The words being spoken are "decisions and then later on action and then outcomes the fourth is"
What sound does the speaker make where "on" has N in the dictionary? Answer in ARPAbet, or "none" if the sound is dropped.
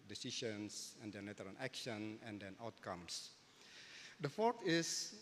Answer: L